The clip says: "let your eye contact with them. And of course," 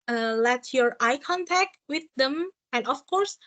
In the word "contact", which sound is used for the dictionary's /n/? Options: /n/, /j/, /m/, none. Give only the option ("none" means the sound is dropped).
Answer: /n/